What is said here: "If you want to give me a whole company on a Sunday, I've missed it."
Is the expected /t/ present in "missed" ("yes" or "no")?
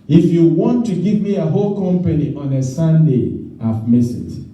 no